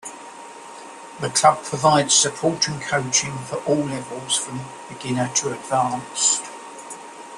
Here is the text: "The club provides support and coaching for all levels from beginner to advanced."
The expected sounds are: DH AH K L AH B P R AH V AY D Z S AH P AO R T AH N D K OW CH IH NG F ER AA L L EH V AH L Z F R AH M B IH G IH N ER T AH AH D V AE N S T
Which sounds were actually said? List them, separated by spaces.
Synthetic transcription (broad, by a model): DH AH K L AH B P R AH V AY D Z S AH P AO T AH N K OW CH IH NG F ER AA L L EH V AH L Z F R AH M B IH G IH N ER T AH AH D V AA N S